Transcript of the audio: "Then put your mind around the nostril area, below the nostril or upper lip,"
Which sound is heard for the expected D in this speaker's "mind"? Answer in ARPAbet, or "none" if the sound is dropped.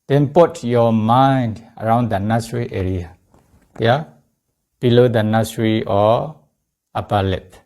D